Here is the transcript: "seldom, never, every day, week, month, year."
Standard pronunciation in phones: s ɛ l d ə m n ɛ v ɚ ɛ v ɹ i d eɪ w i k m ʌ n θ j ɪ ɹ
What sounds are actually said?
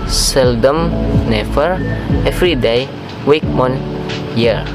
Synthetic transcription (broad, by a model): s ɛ l d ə m n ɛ f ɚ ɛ f ɹ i d eɪ w i k m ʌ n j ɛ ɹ